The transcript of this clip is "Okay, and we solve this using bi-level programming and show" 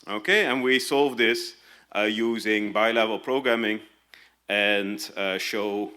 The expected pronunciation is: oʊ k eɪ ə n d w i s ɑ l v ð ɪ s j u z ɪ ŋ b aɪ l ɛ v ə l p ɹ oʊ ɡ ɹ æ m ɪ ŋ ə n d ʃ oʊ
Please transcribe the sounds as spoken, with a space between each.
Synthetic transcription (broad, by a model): oʊ k eɪ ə n w i s ɑ l v ð ɪ s j u z ɪ ŋ b aɪ l ɛ v ə l p ɹ oʊ ɡ ɹ æ m ɪ ŋ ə n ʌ ʃ oʊ